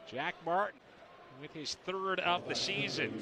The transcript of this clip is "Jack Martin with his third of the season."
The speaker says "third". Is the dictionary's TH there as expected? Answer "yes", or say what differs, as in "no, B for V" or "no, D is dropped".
yes